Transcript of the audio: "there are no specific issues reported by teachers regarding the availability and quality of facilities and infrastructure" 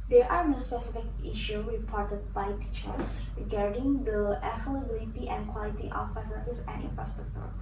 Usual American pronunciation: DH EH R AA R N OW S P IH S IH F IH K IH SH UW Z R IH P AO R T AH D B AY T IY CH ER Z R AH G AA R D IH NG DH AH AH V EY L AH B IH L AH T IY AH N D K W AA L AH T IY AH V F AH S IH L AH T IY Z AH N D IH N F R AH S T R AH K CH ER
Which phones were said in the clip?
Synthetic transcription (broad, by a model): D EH R AA R N OW S P IH S IH F IH K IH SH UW R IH P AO R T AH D B AY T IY CH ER S R AH G AA R D IH NG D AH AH F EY L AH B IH L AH T IY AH N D K W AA L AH T IY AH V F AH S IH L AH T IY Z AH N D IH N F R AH S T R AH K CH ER